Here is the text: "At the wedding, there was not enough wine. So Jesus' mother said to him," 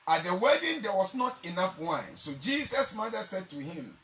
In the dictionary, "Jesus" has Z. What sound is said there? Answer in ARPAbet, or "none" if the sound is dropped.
S